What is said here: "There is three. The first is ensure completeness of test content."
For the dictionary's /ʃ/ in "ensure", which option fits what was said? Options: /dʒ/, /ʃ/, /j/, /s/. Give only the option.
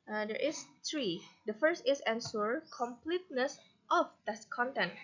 /s/